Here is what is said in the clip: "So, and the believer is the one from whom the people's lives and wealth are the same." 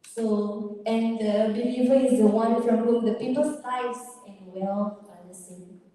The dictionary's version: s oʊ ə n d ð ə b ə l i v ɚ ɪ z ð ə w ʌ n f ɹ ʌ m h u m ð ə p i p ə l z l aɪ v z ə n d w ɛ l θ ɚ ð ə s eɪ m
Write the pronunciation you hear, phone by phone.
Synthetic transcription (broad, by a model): s oʊ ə n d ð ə b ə l i v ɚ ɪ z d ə w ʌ n f ɹ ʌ m h u m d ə p i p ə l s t aɪ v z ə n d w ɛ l f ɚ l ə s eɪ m